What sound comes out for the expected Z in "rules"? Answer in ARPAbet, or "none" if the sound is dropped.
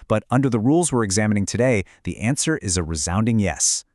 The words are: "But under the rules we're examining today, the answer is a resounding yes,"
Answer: Z